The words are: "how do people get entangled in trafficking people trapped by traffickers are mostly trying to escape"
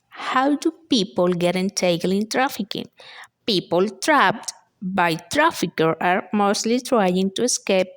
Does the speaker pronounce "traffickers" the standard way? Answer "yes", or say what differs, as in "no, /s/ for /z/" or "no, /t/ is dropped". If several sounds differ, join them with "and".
no, /z/ is dropped